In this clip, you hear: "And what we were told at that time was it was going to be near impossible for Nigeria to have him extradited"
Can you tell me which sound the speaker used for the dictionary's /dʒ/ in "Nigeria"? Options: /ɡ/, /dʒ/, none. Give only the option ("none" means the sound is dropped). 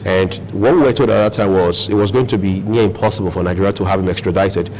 none